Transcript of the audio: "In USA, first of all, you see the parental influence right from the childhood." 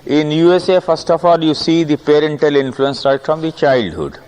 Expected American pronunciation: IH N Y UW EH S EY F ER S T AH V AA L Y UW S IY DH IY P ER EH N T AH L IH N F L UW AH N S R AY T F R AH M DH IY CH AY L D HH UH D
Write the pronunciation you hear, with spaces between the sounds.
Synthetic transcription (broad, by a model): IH N Y UW EH S EY F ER S T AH F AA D Y UW S IY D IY P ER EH N T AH L IH N F L UW AH N S R AY T F R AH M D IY CH AY L D HH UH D